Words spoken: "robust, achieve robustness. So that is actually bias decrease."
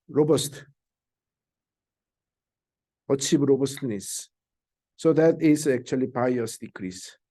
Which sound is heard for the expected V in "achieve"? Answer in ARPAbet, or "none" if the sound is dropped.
B